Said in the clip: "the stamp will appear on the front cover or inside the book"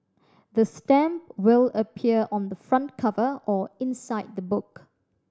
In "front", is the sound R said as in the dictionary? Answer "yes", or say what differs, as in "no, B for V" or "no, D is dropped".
yes